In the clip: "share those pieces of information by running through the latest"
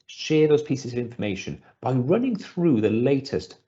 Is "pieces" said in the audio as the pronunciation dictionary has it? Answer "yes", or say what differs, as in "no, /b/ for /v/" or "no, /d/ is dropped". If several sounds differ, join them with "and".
yes